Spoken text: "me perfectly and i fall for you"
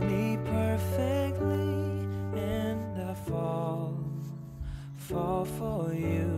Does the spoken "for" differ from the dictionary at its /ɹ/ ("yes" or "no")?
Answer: yes